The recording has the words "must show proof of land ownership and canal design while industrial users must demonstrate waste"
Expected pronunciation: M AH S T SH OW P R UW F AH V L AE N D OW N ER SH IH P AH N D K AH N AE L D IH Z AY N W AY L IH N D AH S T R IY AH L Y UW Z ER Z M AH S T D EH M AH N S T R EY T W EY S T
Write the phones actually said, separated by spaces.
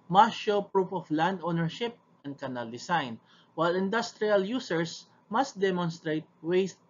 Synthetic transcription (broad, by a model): M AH SH OW P R UW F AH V L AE N D OW N ER SH IH P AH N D K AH N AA L D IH S AY N W AY L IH N D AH S T R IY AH L Y UW S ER S M AH S T D EH M AH N S T R EY T W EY S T